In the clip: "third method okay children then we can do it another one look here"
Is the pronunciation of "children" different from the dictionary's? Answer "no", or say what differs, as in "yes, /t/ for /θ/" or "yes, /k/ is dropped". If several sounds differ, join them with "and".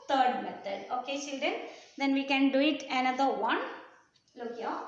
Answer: yes, /ɹ/ is dropped